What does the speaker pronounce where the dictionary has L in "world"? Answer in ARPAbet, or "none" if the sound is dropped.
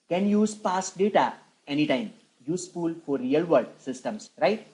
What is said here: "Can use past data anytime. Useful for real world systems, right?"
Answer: none